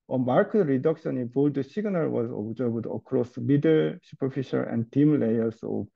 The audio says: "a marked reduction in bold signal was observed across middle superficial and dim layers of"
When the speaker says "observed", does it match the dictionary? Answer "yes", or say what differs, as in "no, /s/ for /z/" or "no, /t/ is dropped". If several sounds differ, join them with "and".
no, /b/ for /v/